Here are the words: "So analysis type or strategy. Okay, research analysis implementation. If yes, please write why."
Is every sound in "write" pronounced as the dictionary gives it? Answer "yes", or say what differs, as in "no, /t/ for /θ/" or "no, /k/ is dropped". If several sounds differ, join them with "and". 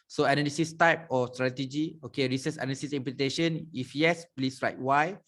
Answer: yes